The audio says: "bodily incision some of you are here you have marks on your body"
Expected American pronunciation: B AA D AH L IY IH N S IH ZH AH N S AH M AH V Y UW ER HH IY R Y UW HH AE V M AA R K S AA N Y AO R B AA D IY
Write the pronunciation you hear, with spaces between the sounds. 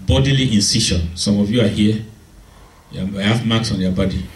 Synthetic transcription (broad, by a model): B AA D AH L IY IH N S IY SH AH N S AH M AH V Y UW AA HH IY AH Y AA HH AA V M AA K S AA N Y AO B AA D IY